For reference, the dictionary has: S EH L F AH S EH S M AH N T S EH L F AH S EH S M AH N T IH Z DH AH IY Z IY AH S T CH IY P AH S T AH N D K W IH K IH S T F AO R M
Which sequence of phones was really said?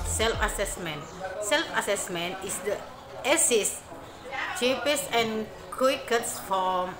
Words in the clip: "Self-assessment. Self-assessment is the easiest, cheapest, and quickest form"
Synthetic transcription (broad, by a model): S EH L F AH S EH S M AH N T S EH L F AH S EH S M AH N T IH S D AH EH S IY S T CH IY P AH S AH N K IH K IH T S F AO M